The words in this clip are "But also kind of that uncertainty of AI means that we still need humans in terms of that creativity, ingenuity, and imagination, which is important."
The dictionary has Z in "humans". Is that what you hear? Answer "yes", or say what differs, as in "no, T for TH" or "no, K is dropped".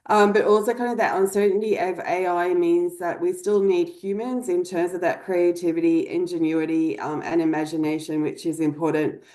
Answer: yes